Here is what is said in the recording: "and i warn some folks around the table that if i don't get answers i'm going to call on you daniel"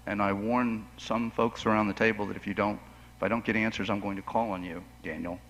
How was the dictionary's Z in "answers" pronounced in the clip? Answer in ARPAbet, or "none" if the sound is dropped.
Z